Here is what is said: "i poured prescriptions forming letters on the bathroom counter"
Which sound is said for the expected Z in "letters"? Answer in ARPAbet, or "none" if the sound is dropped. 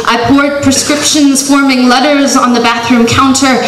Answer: Z